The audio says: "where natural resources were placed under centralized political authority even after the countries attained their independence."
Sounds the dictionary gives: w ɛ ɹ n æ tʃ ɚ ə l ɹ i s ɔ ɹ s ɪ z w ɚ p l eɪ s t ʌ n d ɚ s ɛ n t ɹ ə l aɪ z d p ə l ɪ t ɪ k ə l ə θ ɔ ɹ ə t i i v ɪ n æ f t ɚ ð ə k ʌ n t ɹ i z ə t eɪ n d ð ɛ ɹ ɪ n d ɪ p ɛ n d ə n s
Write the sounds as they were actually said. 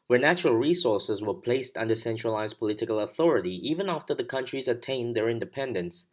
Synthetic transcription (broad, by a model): w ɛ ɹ n æ tʃ ɚ ə l ɹ i s ɔ ɹ s ɪ z w ɚ p l eɪ s t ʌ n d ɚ s ɛ n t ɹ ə l aɪ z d p ə l ɪ t ɪ k ə l ə θ ɔ ɹ ə t i i v ɪ n æ f t ɚ ð ə k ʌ n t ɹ i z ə t eɪ n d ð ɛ ɹ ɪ n d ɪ p ɛ n d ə n s